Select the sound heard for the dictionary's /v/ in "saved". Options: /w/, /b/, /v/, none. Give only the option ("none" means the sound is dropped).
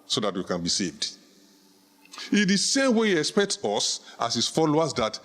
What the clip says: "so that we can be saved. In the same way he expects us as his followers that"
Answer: /v/